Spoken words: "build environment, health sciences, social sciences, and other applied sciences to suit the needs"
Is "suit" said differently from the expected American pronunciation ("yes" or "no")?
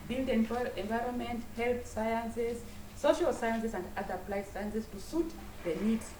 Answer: no